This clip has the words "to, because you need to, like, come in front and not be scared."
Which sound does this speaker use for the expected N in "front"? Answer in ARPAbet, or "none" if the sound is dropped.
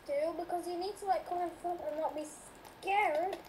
none